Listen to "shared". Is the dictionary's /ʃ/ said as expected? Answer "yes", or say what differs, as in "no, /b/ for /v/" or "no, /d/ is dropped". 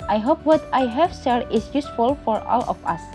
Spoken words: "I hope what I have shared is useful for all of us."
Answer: no, /s/ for /ʃ/